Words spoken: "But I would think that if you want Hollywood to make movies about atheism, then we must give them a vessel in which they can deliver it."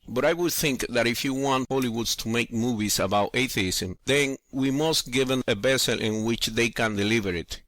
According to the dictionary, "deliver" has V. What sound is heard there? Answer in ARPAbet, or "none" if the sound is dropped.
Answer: V